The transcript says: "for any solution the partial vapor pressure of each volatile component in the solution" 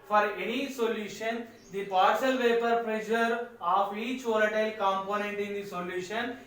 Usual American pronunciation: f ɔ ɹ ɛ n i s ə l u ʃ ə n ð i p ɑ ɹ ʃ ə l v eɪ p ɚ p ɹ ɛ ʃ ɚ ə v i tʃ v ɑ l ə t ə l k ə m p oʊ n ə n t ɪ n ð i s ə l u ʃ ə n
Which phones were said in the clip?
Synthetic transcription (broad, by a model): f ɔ ɹ ɛ n i s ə l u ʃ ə n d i p ɑ ɹ s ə l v eɪ p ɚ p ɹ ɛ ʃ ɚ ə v i tʃ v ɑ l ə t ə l k ə m p oʊ n ə n t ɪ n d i s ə l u ʃ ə n